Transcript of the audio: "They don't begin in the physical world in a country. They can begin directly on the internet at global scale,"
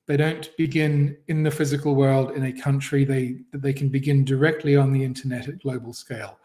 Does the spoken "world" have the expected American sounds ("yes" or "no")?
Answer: yes